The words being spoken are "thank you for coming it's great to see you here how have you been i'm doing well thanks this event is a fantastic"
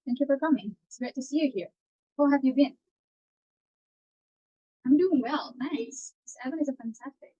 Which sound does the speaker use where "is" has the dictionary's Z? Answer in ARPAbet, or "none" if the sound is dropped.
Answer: Z